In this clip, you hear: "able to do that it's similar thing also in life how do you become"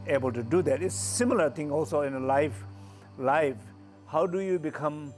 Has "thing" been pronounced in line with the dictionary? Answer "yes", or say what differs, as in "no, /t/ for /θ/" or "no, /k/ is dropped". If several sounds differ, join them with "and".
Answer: no, /t/ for /θ/